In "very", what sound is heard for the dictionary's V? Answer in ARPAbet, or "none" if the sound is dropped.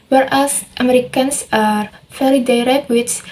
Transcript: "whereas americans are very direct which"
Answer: F